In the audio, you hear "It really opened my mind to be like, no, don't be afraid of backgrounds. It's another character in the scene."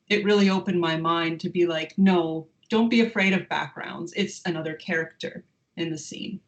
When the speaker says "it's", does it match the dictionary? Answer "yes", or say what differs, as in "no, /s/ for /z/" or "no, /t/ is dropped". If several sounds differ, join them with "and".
yes